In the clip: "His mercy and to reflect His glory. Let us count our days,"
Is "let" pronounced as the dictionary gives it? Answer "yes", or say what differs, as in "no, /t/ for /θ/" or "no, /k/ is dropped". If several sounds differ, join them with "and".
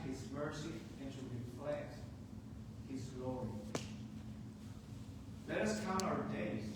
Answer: yes